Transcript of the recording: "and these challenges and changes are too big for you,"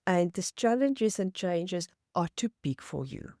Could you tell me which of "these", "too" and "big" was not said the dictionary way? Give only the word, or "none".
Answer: these